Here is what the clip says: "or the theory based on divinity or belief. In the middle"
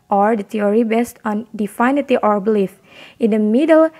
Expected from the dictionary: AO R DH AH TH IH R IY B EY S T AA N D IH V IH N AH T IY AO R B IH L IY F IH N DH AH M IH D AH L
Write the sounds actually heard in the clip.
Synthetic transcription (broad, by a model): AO R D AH T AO R IY B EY S T AA N D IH F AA N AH T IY AO R B IH L IY F IH N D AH M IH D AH L